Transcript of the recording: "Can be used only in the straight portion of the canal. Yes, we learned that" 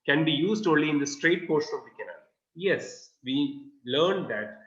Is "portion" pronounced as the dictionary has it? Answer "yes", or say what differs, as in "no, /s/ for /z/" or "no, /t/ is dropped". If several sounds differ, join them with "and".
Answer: no, /s/ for /ʃ/